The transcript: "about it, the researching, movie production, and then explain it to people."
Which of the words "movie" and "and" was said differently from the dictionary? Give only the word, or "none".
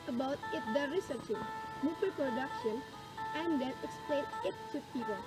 movie